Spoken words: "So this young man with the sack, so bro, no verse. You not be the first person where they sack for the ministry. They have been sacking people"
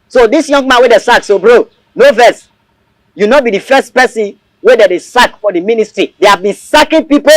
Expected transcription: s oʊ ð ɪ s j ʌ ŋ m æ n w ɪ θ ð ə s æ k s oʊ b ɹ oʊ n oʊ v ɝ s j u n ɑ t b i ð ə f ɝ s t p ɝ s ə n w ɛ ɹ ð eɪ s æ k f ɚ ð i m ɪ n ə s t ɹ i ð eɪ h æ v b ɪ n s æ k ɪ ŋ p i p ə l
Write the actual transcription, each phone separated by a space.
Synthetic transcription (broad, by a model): s oʊ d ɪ s j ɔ ŋ m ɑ n w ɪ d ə s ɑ k s oʊ b ɹ oʊ n oʊ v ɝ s j u n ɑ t b i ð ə f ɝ s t p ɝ s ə n w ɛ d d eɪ s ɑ k f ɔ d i m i n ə s t ɹ i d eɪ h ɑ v b ɪ n s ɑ k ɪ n p i p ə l